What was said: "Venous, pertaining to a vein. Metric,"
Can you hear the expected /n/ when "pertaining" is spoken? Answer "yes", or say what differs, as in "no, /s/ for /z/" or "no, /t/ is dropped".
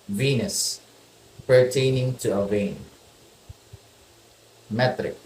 yes